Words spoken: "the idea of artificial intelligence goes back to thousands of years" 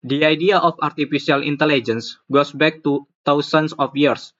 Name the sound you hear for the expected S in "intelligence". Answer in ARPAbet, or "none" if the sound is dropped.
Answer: S